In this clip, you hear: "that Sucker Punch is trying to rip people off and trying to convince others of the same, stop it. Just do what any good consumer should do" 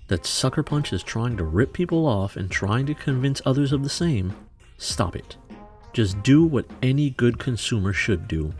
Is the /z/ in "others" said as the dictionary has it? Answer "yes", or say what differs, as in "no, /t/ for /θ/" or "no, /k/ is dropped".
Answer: yes